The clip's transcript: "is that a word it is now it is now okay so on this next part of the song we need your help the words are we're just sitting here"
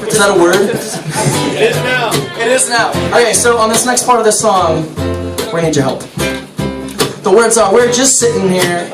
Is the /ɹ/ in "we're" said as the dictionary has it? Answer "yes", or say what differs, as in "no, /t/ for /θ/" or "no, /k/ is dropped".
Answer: yes